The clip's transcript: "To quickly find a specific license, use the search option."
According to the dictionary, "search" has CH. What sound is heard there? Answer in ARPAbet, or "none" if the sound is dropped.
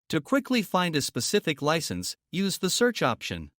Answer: CH